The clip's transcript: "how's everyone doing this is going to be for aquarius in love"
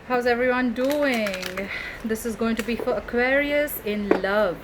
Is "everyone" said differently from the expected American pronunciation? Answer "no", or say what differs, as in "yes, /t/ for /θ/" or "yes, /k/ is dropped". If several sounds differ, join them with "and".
no